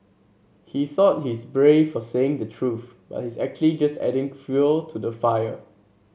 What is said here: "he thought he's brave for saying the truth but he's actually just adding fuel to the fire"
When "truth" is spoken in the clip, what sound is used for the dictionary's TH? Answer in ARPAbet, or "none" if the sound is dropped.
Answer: TH